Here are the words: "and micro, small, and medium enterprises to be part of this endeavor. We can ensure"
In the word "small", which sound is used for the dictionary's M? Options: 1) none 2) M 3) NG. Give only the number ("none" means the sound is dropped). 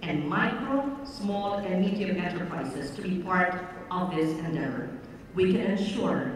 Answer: 2